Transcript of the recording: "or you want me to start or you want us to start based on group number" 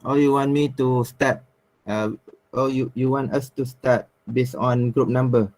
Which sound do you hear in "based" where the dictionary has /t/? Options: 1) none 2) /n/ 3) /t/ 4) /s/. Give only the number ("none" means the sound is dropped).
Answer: 1